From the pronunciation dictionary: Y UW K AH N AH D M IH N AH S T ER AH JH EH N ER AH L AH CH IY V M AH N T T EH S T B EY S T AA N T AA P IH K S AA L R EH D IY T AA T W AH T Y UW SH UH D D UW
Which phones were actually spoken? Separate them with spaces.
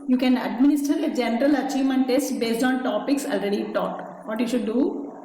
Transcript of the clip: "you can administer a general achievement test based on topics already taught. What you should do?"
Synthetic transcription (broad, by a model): Y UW K AH N AH D M IH N AH S T ER AH JH EH N ER AH L AH CH IY V M AH N T T EH S T B EY S T AA N T AA P IH K S AA L R EH D IY T AA T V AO T Y UW SH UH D D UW